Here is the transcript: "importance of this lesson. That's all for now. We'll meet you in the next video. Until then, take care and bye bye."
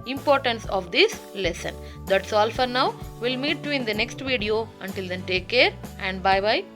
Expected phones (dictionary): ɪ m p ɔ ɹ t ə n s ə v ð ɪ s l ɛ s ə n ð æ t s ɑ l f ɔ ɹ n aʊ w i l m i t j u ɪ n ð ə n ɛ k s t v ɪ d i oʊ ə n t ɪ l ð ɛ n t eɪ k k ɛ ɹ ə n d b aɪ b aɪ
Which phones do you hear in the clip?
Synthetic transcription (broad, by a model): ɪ m p ɔ ɹ t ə n s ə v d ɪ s l ɛ s ə n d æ t s ɑ l f ɔ ɹ n aʊ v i l m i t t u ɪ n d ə n ɛ k s t v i d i oʊ ə n t ɪ l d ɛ n t eɪ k k ɛ ɹ ə n d b aɪ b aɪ